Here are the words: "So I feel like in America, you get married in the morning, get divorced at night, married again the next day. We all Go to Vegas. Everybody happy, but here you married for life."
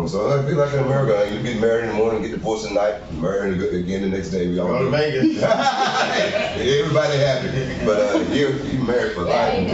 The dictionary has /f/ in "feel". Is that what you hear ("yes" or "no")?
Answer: no